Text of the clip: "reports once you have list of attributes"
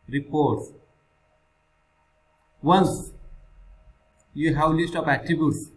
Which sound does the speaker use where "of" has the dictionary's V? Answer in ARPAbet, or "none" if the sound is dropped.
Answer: P